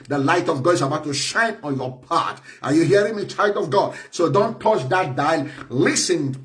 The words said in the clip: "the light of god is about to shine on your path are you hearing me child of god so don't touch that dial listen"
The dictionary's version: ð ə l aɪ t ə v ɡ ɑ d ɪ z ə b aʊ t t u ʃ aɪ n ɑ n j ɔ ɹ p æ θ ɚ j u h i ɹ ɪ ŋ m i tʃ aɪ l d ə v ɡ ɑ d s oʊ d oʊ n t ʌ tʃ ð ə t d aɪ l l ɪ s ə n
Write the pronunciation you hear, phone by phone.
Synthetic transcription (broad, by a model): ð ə l aɪ t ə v ɡ ɑ d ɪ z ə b aʊ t t u ʃ aɪ n ɑ n j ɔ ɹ p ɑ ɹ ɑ j u h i ɹ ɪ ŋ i tʃ aɪ l d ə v ɡ ɑ d s oʊ d oʊ n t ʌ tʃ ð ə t d aɪ l l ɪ s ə n